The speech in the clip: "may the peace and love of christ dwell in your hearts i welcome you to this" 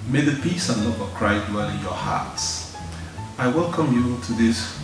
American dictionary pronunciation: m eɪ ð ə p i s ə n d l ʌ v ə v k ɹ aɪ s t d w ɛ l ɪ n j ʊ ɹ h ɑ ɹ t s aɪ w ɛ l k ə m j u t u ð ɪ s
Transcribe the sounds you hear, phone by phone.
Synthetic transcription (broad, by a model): m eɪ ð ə p i s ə n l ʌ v ə v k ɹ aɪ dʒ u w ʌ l ɪ n j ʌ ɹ h ɑ ɹ t s aɪ w ɛ l k ə m j u t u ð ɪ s